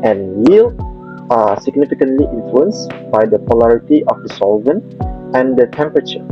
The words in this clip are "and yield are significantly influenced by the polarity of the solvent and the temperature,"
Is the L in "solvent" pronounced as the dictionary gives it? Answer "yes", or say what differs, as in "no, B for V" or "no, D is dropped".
yes